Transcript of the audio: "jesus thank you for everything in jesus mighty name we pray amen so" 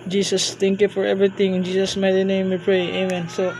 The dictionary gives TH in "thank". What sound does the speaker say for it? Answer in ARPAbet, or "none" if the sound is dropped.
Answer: T